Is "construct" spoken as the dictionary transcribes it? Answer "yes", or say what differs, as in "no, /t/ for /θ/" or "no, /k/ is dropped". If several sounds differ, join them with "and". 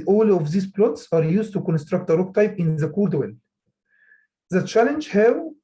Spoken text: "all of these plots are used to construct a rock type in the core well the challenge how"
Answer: yes